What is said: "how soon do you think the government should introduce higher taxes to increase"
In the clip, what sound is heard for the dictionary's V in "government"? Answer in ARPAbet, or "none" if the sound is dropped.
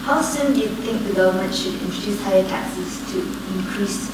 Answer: none